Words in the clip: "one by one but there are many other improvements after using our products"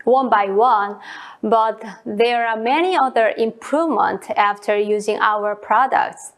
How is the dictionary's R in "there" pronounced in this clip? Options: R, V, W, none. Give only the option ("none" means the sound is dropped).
R